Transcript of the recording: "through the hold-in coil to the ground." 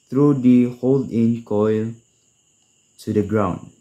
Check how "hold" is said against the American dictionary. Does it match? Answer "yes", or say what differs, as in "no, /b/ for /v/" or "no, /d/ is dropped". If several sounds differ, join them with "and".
yes